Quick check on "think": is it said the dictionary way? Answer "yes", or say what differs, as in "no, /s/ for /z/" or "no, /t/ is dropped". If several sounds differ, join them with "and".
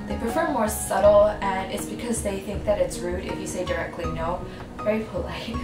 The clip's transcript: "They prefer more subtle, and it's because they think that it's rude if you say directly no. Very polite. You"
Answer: yes